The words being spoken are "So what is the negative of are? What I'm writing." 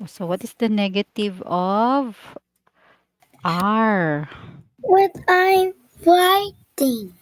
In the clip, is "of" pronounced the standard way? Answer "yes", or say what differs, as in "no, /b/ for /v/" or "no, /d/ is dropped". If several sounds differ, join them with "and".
yes